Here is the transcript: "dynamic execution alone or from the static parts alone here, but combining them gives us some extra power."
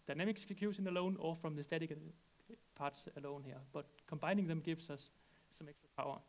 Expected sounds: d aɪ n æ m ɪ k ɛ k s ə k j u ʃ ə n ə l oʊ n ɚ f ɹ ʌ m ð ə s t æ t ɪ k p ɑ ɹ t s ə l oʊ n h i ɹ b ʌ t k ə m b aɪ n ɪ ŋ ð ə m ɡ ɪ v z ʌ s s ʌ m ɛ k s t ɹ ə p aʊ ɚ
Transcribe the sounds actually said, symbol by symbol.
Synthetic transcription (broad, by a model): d aɪ n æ m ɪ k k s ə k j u s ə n ə l oʊ n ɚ f ɹ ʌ m ð ə s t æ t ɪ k p ɑ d s ə l oʊ n h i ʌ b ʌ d k ə m b aɪ n ɪ ŋ ð ə m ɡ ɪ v s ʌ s s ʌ m ɛ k s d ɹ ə p aʊ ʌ